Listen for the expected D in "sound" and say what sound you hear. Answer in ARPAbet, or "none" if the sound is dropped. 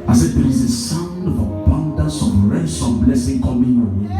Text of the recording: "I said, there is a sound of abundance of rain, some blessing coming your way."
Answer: D